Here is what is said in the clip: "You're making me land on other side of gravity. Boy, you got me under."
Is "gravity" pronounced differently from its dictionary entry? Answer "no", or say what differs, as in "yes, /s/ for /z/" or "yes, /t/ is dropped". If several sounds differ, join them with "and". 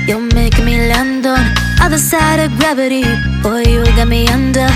no